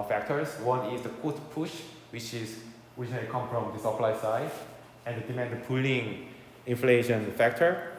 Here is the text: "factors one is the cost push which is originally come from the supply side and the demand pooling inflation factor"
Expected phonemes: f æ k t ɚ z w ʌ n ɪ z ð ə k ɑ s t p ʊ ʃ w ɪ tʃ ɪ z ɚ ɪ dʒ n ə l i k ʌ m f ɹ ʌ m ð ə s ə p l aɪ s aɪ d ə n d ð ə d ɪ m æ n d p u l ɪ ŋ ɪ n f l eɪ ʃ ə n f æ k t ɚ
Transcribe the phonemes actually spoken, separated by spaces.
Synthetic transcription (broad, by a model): f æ k t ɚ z w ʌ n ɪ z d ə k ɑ t p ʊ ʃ w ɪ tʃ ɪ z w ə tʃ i k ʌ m f ɹ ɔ m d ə s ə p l aɪ s aɪ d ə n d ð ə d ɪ m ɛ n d p u l ɪ ŋ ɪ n f l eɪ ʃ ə n f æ k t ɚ